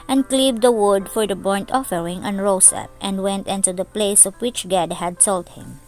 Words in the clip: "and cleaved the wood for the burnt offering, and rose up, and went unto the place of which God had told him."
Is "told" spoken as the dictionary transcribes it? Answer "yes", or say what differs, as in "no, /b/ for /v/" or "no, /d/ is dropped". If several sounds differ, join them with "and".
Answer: no, /s/ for /t/